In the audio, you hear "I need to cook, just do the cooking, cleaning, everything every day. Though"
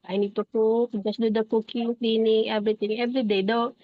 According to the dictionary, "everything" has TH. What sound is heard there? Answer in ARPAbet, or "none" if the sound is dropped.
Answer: T